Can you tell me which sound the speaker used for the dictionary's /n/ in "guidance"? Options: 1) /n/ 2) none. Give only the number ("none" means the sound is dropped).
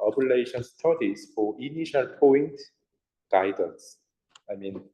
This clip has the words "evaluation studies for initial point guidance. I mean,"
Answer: 2